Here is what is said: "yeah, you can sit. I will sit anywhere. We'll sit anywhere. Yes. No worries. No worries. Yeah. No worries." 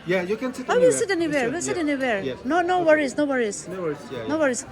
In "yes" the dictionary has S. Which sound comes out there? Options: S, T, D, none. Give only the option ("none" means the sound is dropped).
none